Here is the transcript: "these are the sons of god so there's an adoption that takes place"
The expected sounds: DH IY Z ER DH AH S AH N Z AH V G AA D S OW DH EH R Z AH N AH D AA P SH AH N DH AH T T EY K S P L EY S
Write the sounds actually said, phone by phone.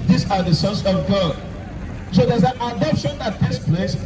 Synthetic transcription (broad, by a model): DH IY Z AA DH AH S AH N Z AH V G AA D S OW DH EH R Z AH N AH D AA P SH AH N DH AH T T EY K S P L EY S